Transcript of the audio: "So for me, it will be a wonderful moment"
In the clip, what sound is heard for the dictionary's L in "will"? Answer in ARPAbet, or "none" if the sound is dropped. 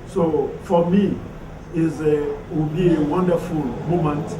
W